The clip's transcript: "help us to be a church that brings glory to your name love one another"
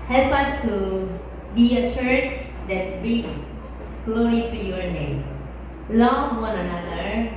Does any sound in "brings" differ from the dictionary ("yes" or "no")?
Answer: yes